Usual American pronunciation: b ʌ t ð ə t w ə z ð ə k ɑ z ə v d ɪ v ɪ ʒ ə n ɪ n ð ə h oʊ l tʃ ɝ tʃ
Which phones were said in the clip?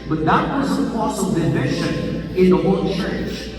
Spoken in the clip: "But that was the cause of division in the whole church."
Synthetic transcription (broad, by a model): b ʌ t ð ə t w ə z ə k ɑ s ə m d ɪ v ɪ ʃ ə n ɪ n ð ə h oʊ l tʃ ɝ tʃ